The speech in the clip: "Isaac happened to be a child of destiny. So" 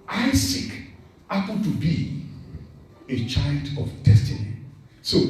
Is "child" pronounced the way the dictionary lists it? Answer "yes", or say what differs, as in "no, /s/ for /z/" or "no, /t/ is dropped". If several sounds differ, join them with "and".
yes